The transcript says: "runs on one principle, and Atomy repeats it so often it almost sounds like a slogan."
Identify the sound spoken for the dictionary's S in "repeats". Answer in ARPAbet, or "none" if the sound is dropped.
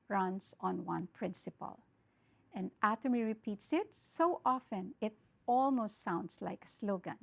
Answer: S